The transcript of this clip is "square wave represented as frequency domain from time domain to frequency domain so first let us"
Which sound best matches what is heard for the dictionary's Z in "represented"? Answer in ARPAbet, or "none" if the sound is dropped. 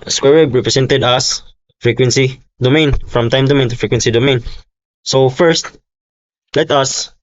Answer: S